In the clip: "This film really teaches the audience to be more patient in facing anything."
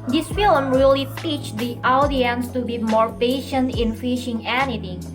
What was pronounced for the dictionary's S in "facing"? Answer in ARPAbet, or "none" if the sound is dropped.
SH